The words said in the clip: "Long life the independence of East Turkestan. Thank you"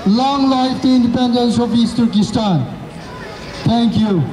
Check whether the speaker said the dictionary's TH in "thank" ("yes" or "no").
no